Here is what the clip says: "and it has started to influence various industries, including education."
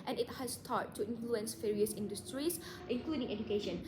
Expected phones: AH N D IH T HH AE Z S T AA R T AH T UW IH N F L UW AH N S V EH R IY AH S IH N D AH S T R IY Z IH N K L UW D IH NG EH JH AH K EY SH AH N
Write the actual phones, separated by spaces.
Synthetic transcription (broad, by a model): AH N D IH T HH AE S T AA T T UW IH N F L UW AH N S F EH R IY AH S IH N D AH S T R IY S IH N K L UW D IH NG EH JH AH K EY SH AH N